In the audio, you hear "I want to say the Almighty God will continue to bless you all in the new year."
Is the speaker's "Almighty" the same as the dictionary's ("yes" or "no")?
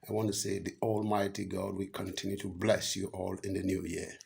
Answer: yes